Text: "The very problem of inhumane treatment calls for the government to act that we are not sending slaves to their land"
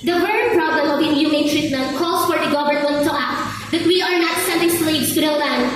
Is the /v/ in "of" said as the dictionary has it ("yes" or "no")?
no